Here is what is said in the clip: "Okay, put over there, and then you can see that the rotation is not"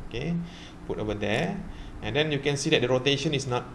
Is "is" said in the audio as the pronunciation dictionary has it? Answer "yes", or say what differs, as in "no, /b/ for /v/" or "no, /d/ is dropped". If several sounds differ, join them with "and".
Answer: no, /s/ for /z/